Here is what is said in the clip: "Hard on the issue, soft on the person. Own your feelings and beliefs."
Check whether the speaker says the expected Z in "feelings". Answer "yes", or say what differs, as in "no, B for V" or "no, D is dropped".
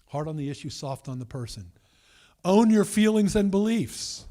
yes